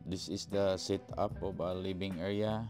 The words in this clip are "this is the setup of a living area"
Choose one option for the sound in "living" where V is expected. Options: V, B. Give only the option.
B